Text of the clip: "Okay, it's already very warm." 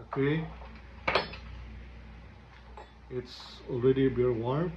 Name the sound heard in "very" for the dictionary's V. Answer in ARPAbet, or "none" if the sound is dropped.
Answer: B